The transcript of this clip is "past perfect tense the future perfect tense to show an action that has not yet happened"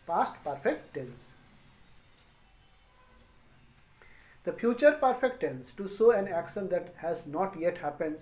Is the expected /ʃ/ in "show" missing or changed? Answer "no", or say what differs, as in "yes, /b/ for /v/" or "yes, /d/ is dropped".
yes, /s/ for /ʃ/